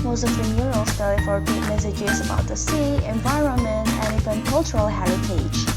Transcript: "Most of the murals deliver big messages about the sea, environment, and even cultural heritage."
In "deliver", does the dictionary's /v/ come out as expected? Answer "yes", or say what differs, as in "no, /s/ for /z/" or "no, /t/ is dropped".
no, /f/ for /v/